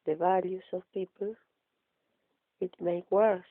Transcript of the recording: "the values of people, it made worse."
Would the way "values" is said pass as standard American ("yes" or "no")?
no